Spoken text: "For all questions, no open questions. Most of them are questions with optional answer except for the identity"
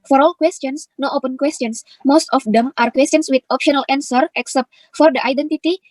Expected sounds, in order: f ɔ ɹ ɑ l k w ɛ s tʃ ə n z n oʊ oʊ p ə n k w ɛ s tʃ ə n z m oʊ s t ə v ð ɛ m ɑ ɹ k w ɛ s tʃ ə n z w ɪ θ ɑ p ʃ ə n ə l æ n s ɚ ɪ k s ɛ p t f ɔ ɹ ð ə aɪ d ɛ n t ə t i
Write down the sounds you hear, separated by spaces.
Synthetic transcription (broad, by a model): f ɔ ɹ ɑ l k w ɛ s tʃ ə n s n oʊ oʊ p ə n k w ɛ s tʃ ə n s m oʊ s t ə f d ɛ m ɑ ɹ k w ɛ s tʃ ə n s w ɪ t ɑ p ʃ ə n ə l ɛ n s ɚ ɪ k s ɛ p t f ɔ ɹ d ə aɪ d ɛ n t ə t i